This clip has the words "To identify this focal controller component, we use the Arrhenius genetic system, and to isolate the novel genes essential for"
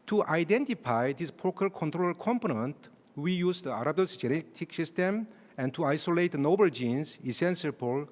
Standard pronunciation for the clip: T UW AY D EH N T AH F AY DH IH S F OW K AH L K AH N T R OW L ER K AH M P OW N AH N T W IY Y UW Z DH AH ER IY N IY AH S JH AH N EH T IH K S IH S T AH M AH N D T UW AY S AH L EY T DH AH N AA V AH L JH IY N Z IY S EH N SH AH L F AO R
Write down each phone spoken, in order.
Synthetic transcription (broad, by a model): T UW AY D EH N T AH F AY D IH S P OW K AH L K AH N T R OW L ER K AH M P OW N AH N T W IY Y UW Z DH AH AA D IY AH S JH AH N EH T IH K S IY S T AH M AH N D T UW AY S AH L EY T N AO B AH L JH IY N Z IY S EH N S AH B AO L